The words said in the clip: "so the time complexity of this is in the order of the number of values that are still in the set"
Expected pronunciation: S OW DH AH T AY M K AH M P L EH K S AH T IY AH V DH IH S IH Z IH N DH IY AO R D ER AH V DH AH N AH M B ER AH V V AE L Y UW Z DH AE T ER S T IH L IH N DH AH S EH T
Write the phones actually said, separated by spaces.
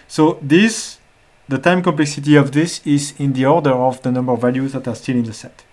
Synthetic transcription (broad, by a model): S OW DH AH T AY M K AH M P L EH K S AH T IY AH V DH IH S IH Z IH N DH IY AO R D ER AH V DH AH N AH M B ER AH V V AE L Y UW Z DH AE T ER S T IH L IH N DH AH S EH T